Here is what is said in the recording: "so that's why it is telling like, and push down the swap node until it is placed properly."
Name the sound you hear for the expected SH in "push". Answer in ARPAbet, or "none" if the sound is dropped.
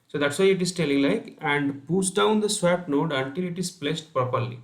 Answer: S